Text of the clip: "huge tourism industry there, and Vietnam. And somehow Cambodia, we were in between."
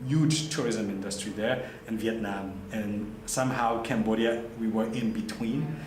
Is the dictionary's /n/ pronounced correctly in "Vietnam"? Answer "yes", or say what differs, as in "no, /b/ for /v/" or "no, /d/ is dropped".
yes